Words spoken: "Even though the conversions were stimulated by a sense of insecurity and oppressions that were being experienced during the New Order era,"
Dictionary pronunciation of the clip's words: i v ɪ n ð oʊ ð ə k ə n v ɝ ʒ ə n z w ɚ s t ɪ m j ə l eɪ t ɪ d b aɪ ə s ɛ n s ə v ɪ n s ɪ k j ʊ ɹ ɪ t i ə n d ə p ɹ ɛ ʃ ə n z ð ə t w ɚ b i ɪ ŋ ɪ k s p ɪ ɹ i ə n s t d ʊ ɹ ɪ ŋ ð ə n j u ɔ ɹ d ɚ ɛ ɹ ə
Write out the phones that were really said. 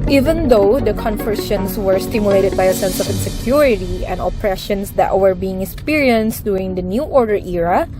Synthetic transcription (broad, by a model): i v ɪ n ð oʊ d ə k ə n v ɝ ʃ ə n s w ɚ s t ɪ m j ə l eɪ t ɪ d b aɪ ə s ɛ n s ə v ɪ n s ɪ k j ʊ ɹ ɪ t i ə n d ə p ɹ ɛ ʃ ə n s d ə t w ɚ b i ɪ ŋ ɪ k s p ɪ ɹ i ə n s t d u ɪ ŋ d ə n j u ɔ ɹ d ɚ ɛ ɹ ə